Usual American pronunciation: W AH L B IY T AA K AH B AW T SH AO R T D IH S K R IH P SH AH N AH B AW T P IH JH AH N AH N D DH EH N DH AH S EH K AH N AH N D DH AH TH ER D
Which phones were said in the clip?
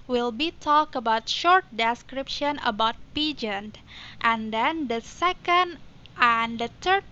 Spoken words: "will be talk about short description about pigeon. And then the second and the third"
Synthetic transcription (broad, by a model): W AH L B IY T AA K AH B AW T SH AO R T D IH S K R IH P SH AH N AH B AW T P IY JH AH N AH N D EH N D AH S EH K AH N AH N D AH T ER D